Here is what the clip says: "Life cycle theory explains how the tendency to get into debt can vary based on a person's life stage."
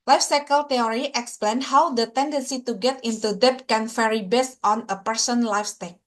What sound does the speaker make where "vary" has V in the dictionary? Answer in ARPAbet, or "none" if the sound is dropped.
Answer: F